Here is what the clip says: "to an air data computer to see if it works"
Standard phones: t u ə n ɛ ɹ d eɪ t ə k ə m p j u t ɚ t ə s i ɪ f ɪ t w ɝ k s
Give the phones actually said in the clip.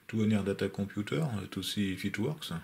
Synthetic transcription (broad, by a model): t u ə n ɛ ɹ d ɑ t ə k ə p j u t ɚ t ə s i f ɪ t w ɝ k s